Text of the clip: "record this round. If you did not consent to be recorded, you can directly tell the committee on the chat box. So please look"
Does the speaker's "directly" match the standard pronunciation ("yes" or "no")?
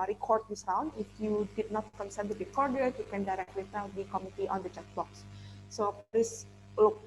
no